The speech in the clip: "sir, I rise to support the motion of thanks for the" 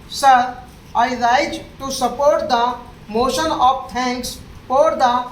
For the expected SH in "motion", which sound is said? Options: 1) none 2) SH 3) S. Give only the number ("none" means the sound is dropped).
2